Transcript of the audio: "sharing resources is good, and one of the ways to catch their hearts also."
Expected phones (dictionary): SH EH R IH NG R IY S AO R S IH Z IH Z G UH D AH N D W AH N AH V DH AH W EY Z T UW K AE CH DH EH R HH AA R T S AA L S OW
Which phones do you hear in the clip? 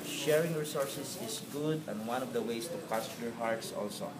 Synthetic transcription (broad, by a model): SH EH R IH NG R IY S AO R S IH S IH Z G UH D AH N D W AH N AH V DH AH W EY S T UW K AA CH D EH R HH AA R T S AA L S OW